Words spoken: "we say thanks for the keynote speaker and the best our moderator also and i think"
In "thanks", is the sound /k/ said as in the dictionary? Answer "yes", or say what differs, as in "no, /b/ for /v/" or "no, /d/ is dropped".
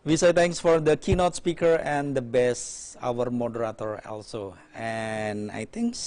no, /k/ is dropped